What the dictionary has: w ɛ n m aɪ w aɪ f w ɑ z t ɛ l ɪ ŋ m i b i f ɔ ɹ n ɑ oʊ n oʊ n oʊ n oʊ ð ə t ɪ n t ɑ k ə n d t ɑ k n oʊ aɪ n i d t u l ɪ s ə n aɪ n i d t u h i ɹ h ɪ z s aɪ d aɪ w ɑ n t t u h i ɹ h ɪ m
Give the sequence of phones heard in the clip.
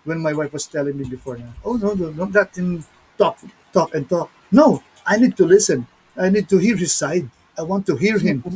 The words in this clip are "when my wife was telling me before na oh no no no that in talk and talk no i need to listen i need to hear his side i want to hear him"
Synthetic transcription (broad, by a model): w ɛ n m aɪ w aɪ f w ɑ s t ɛ l ɪ ŋ m i b i f ɔ ɹ n ɑ oʊ n oʊ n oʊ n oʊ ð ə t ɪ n t ɑ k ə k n t ɑ k n oʊ aɪ n i d t u l ɪ s ə n aɪ n i d t u h i ɹ h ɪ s aɪ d aɪ w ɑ n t t u h i ɹ h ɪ m